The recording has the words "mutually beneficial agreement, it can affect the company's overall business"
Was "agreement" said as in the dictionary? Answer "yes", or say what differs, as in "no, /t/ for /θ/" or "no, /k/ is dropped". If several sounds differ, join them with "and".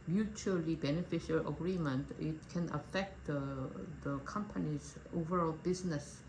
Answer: yes